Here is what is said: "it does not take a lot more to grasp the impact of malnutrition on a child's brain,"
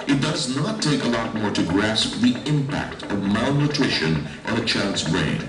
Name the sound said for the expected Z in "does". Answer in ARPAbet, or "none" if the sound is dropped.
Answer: Z